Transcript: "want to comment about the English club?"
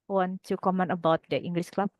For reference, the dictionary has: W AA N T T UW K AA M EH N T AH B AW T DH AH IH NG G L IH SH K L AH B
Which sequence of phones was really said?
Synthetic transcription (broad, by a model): W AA N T T UW K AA M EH N AH B AW T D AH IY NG G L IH S K L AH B